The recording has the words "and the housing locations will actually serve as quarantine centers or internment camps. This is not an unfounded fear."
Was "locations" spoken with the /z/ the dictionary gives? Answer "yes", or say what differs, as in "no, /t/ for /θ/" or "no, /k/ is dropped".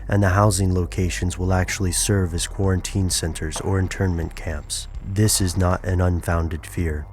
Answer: yes